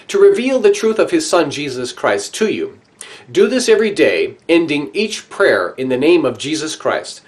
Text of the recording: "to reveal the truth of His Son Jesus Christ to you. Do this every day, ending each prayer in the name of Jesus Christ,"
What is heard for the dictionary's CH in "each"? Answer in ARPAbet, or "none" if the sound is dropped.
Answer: CH